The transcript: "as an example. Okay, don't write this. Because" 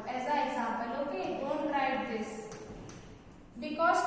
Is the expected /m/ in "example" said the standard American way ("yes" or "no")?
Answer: no